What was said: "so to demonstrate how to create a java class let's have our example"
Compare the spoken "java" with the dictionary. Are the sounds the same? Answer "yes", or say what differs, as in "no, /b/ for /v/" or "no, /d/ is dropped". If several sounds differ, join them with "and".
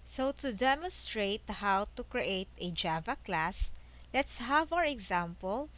yes